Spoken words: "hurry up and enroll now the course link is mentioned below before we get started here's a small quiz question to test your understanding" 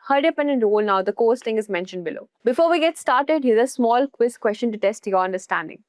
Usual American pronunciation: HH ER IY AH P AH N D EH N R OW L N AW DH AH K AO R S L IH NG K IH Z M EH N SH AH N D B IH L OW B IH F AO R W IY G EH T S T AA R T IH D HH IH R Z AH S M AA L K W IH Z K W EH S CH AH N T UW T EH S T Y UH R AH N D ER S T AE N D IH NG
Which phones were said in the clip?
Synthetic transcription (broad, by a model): HH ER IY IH P AH N D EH N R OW L N AW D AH K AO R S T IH NG IH Z M EH N SH AH N D B IH L OW B IH F AO R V IY G EH T S T AA R T IH D HH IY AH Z AH S M AA L K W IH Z K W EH S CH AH N T UW T EH S T Y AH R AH N D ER S T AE N D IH NG